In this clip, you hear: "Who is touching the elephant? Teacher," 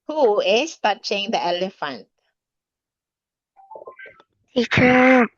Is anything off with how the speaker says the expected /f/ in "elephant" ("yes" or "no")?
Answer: no